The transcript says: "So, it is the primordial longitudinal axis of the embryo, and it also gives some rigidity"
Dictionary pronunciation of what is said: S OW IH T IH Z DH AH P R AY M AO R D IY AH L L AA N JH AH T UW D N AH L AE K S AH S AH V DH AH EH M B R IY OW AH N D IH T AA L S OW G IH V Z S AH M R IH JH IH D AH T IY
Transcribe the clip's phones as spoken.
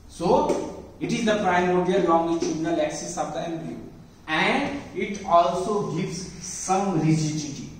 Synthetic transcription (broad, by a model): S OW IH T IH Z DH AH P R AY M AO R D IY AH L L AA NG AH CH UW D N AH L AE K S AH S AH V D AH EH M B IY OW AH N D IH T AA L S OW G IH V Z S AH M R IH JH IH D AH T IY